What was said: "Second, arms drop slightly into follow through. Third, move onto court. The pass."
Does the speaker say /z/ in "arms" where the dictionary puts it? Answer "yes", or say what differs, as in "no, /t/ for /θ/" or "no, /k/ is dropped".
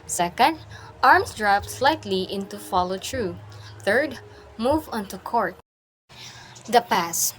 no, /s/ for /z/